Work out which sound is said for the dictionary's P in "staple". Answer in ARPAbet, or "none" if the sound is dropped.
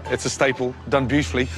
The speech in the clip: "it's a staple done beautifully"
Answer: P